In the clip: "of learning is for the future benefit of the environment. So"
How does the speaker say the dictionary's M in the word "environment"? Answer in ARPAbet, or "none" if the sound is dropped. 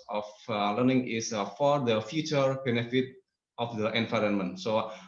M